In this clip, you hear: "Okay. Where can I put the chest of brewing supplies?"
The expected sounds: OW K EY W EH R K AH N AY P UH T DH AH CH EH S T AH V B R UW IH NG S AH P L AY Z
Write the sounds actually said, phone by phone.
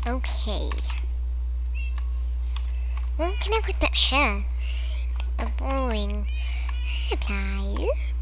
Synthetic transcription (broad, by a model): OW K EY W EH L K AH N AY P UH T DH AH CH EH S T AH V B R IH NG S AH P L AY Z